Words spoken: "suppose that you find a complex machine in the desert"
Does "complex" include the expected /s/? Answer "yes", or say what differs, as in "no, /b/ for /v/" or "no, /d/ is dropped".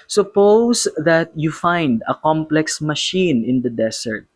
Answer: yes